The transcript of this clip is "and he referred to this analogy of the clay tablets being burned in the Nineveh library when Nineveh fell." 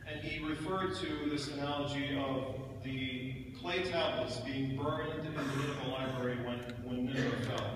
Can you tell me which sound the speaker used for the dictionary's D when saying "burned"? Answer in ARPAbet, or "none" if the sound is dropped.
none